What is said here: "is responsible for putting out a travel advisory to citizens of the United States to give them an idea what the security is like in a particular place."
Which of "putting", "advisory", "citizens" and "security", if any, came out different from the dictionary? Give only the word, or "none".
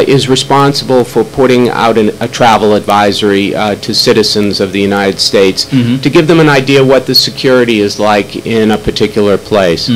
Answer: none